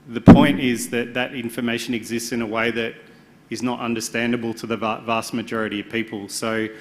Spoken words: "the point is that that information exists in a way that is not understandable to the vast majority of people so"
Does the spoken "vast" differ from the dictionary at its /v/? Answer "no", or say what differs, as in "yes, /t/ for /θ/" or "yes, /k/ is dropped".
no